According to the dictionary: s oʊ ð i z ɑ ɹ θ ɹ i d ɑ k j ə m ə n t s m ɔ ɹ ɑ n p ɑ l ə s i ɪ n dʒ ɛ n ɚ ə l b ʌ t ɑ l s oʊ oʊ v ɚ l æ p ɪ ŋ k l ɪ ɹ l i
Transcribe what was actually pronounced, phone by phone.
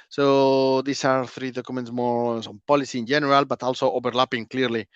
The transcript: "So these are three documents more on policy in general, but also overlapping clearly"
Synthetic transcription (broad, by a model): s oʊ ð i s ɑ ɹ θ ɹ i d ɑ k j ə m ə n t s m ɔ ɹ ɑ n p ɑ l ə s i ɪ n dʒ ɛ n ɚ ə l b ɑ t ɑ l s oʊ oʊ b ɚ l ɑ p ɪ ŋ k l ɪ ɹ l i